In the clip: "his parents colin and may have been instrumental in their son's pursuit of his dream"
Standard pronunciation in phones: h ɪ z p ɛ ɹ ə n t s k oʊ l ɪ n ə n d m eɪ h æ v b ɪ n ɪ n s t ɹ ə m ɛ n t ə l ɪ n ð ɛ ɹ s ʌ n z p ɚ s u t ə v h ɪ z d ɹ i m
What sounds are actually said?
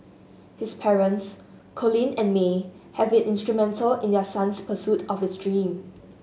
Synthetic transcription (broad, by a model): h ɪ s p ɛ ɹ ə n t s k oʊ l ɪ n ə n m eɪ h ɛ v b ɪ n ɪ n s t ɹ ə m ɛ n t ə l ɪ n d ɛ s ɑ n s p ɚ s u t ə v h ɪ s d ɹ i m